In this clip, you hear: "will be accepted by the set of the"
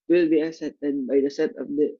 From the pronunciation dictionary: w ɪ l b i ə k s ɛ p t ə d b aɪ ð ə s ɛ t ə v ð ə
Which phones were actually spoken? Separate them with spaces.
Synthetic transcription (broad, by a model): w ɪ l b i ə s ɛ t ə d b aɪ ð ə s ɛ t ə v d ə